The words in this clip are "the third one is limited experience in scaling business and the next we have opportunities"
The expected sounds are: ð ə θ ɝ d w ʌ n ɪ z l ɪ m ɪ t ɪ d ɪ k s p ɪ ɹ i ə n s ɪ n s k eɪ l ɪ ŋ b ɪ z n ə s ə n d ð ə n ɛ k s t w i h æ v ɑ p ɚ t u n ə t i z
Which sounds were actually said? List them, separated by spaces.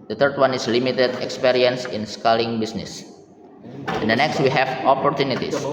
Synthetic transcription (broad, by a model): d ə t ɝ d w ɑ n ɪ s l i m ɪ t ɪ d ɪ k s p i ɹ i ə n s ɪ n s k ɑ l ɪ ŋ b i s n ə s ə n d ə n ɛ k s t w i h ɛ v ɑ p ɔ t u n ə t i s